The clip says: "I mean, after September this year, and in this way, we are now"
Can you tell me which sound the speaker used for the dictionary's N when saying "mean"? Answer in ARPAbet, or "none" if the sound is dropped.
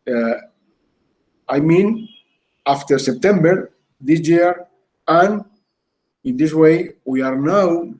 N